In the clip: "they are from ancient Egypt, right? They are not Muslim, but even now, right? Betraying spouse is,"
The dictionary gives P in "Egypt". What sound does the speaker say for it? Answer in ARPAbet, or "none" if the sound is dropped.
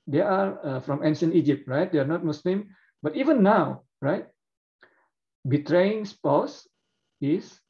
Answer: P